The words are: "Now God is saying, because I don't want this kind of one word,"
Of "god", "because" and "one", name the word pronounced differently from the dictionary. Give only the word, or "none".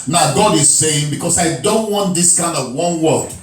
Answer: because